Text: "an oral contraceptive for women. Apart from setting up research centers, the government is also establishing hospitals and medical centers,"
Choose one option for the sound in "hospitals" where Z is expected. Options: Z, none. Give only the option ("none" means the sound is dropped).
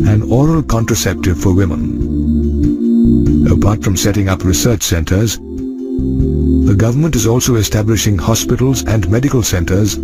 Z